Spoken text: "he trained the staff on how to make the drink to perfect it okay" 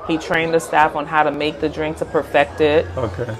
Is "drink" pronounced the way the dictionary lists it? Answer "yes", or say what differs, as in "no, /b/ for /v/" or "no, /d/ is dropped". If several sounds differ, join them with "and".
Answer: yes